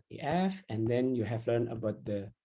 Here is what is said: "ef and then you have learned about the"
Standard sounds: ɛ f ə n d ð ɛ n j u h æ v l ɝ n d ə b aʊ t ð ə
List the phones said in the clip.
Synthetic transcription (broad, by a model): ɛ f ə n d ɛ n j u h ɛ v l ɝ n ə b aʊ t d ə